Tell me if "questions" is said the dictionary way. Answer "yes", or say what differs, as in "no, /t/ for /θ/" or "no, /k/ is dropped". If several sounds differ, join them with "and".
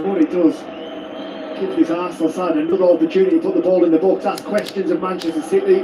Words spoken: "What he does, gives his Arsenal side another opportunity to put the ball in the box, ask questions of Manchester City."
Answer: yes